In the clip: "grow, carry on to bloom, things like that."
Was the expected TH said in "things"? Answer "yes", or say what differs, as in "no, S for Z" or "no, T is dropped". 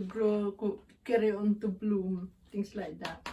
no, T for TH